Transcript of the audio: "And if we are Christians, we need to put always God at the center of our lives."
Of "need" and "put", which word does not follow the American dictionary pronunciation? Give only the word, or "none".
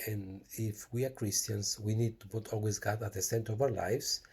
put